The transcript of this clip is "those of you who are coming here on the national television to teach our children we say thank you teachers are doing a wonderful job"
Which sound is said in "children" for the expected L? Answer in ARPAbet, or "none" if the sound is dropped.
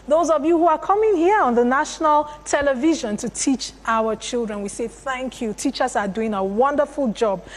L